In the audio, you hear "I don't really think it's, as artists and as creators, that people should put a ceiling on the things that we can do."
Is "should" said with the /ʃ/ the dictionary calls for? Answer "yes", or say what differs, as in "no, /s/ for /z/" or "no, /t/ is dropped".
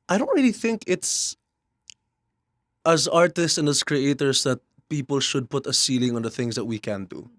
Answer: yes